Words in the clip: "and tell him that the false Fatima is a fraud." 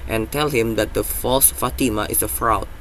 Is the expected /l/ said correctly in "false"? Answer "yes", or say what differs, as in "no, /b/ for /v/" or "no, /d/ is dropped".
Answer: yes